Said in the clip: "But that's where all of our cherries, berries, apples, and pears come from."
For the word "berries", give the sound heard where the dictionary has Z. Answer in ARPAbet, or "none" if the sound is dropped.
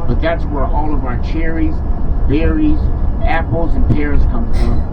Z